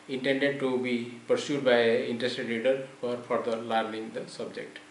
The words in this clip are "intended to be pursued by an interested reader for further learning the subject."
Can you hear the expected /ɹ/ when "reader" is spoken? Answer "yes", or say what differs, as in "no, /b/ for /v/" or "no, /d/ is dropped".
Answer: no, /l/ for /ɹ/